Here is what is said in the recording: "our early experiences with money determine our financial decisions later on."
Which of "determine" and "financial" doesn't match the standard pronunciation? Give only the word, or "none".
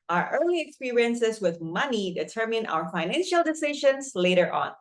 none